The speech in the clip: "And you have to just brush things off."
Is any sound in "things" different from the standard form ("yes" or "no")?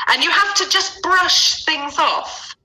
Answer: no